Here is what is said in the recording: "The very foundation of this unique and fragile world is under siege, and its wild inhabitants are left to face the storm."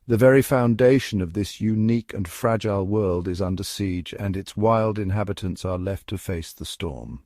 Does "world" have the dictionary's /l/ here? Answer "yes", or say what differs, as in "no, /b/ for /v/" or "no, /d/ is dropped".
yes